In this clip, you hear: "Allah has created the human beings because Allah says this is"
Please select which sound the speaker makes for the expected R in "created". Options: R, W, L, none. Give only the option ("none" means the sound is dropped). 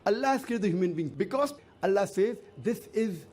none